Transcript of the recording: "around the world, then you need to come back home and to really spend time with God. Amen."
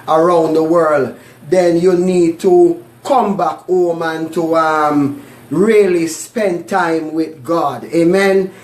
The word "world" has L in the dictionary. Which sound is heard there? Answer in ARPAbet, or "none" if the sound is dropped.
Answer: L